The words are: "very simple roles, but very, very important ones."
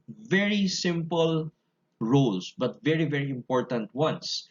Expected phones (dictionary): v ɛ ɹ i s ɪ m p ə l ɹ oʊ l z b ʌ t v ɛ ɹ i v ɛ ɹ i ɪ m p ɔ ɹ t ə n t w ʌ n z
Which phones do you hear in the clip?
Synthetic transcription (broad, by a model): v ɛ ɹ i s ɪ m p ə l ɹ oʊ l s b ʌ t v ɛ ɹ i v ɛ ɹ i ɪ m p ɔ ɹ t ə n t w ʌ n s